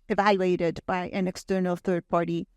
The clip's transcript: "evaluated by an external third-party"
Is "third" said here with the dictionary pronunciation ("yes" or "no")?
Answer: yes